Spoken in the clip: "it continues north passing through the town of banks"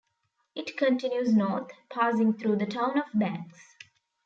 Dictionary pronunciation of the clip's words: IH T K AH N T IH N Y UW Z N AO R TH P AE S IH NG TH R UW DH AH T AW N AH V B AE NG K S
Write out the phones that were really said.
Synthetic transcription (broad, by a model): IH T K AH N T IH N Y UW Z N AO R T P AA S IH NG T R UW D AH T AW N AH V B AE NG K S